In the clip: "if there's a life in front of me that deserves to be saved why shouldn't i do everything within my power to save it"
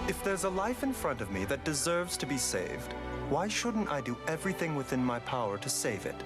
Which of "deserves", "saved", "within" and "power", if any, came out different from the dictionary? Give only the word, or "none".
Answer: none